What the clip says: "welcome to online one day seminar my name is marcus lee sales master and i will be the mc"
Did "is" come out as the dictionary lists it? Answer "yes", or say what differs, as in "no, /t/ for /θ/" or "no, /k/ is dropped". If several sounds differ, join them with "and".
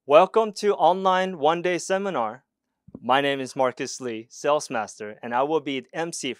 yes